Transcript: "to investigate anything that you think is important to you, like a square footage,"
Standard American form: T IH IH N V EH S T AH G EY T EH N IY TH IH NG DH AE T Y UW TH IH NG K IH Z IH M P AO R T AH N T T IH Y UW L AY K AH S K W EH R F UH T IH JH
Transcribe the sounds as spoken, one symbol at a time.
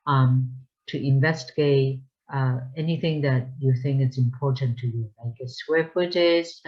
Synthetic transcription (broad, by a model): T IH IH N V EH S T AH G EY T EH N IY TH IH NG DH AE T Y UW TH IH NG K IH S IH M P AO R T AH N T T IH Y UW L AY K AH S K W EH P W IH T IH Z